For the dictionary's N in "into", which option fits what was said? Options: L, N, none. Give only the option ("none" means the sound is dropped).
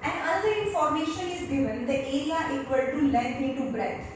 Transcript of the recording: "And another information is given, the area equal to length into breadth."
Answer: none